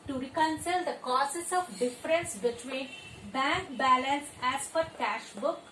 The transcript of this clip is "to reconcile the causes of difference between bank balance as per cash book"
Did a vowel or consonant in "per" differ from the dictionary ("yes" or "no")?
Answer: yes